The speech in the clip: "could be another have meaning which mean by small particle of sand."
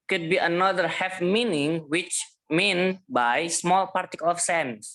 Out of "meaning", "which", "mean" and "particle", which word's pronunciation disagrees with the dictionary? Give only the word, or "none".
none